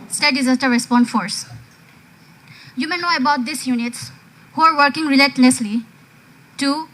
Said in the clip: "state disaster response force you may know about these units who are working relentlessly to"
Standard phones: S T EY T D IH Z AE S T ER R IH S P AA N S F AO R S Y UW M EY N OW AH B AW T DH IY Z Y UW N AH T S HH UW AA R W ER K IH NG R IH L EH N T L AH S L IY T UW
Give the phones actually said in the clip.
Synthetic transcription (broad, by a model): S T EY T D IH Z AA S T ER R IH S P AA N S F AO R S Y UW M EY N OW AH B AW T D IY S Y UW N AH T S HH UW AA R W ER K IH NG R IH L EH T L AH S L IY T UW